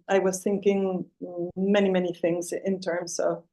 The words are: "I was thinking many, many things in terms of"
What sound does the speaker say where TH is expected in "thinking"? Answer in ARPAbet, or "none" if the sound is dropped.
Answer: TH